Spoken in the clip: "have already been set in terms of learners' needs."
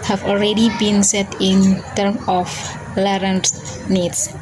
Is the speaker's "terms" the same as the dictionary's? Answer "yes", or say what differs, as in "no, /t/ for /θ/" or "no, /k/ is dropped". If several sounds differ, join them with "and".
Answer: no, /z/ is dropped